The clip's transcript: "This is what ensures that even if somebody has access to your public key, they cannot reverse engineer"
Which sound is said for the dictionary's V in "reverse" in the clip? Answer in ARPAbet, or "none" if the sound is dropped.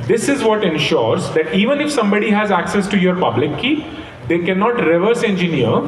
V